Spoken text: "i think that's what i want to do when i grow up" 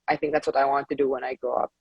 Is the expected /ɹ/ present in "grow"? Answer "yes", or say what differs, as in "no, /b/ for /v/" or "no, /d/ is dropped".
no, /ɹ/ is dropped